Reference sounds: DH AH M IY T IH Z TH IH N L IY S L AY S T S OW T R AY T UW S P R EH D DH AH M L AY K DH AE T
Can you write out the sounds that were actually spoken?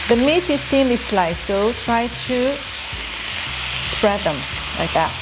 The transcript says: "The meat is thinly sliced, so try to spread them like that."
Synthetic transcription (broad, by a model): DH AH M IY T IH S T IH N IY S L AY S S OW T R AY T UW S P R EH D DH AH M L AY K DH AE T